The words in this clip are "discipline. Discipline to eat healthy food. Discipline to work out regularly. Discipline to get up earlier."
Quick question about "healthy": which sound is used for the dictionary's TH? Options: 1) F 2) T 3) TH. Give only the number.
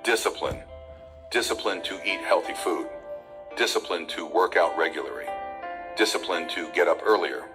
3